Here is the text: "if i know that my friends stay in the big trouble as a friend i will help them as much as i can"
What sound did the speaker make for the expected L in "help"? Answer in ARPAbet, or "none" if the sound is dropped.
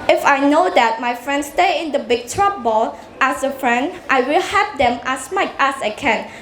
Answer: none